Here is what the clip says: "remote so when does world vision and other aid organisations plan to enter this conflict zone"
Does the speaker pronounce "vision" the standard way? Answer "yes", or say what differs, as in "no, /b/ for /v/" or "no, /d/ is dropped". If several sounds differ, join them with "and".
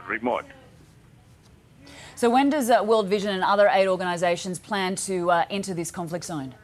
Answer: yes